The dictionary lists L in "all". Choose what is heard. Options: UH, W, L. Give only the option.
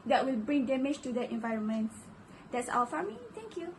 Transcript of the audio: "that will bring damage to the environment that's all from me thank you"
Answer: W